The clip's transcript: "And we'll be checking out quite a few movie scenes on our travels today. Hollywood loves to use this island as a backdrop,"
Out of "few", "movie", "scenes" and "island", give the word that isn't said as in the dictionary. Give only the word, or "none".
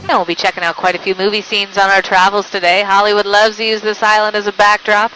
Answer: none